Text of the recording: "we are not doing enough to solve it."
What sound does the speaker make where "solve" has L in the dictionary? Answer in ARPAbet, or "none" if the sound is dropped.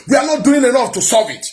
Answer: none